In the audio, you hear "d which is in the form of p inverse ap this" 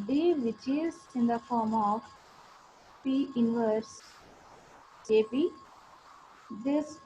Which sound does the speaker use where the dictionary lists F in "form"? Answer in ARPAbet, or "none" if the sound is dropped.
F